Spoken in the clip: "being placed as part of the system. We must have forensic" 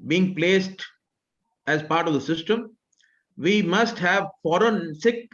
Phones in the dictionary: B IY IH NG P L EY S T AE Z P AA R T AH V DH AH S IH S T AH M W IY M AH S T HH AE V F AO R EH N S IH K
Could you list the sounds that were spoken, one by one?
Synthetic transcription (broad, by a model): B IY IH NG P L EY S T AE Z P AA R T AH V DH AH S IH S T AH M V IY M AH S T HH AE V F AO R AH N S IH K